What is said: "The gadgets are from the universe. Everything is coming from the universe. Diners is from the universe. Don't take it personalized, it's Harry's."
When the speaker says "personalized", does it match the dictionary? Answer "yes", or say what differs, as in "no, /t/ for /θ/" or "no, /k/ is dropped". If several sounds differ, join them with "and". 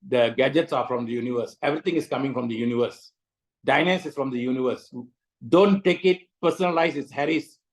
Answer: no, /d/ is dropped